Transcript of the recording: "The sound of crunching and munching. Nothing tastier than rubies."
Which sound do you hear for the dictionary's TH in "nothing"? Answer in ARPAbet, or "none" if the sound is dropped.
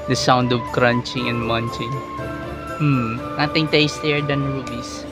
T